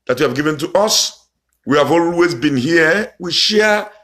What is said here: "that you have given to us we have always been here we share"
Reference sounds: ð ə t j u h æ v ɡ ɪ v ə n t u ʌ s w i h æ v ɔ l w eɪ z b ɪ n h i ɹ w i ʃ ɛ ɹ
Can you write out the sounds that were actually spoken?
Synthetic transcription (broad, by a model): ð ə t j u h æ v ɡ ɪ v ə n t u ʌ s w i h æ v ɔ l w eɪ z b ɪ n h i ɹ w i ʃ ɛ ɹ